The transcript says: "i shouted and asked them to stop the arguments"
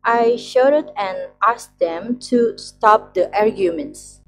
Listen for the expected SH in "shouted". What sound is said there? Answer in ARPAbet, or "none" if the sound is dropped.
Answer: SH